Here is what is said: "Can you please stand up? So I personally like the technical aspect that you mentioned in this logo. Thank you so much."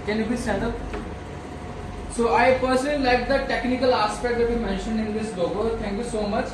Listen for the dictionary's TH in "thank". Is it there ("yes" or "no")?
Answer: no